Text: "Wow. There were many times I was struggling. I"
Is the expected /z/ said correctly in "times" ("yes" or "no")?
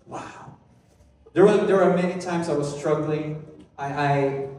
yes